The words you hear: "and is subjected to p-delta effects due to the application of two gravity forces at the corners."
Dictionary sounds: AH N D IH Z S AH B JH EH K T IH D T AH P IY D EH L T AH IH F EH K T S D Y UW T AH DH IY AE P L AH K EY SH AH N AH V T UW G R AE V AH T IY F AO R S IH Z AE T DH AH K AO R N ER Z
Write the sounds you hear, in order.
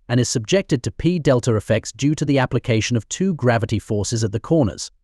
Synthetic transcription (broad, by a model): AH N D IH Z S AH B JH EH K T IH D T AH P IY D EH L T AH IH F EH K T S D Y UW T AH DH IY AE P L AH K EY SH AH N AH V T UW G R AE V AH T IY F AO R S IH Z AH T DH AH K AO R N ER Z